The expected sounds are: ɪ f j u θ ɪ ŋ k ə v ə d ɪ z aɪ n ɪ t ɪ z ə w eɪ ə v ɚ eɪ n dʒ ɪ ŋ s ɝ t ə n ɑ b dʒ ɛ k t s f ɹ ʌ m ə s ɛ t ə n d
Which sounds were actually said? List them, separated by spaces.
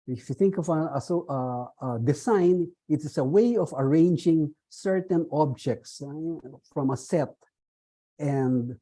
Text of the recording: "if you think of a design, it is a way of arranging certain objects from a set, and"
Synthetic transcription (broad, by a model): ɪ f j u θ ɪ ŋ k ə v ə d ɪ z aɪ n ɪ t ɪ s ə w eɪ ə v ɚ eɪ n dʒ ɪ ŋ s ɝ t ə n ɑ b dʒ ɛ k t s f ɹ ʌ m ə s ɛ t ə n d